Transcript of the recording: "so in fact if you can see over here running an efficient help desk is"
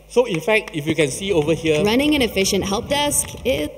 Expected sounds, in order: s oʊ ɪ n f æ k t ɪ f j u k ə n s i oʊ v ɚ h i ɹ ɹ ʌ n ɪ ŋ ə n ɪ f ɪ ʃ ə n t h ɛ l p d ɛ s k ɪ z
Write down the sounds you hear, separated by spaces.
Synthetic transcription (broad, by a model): s oʊ ɪ n f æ k t ɪ f j u k ə n s i oʊ v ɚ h i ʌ ɹ ʌ n ɪ ŋ ə n ɪ f ɪ ʃ ə n t h ɛ l p d ɛ s k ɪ